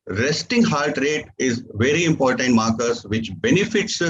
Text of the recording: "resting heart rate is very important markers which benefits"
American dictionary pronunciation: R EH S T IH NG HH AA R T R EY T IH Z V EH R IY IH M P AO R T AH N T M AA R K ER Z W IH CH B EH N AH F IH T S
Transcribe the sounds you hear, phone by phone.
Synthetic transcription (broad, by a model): R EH S T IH NG HH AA L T R EY T IH Z V EH R IY IH M P AO R T AH N T M AA R K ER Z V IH CH B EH N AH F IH T S